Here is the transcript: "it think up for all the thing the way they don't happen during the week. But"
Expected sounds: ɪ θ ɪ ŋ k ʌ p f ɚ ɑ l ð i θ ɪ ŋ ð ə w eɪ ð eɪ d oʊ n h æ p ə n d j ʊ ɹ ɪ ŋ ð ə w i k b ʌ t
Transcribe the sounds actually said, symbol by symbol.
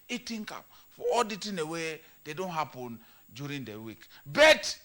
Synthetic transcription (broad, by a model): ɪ t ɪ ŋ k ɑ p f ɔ ɑ l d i t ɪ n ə w eɪ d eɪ d oʊ n h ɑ p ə n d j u ɹ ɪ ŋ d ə w i k b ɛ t